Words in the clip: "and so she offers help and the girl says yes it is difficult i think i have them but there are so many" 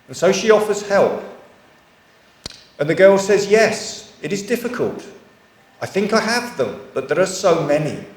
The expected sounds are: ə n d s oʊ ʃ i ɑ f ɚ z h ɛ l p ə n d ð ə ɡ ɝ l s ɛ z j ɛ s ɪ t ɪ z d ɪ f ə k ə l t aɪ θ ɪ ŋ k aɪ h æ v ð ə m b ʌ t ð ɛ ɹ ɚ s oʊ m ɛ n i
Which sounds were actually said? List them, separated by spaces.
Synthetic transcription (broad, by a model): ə n s oʊ ʃ i ɑ f ɚ z h ɛ l p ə n ð ə ɡ ɝ l s ɛ z j ɛ s ɪ t ɪ z d ɪ f ə k ə l t aɪ θ ɪ ŋ k aɪ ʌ v ð ə m b ʌ t ð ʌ ɹ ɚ s oʊ m ɛ n i